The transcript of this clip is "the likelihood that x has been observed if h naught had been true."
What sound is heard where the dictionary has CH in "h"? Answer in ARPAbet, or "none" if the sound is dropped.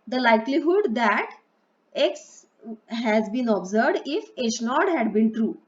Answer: SH